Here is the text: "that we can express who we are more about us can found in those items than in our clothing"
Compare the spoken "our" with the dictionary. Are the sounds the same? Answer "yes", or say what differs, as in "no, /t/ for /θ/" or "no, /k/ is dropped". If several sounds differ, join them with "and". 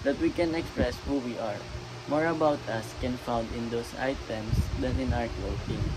no, /w/ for /ɹ/